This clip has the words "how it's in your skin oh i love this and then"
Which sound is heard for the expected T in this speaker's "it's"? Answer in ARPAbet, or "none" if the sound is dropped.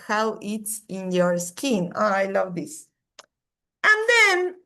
T